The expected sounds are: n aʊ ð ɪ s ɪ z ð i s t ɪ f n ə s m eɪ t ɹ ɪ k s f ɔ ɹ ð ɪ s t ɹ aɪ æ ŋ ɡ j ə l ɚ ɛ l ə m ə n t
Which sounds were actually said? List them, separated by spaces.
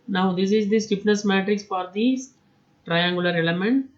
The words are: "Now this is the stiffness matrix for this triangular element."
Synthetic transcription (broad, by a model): n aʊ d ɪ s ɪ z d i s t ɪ p n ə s m eɪ t ɹ ɪ k s f ɔ ɹ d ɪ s t ɹ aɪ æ ŋ ɡ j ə l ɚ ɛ l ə m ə n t